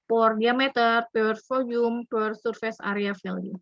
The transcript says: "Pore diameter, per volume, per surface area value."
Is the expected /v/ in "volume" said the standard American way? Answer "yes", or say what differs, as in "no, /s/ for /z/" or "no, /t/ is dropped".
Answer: no, /f/ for /v/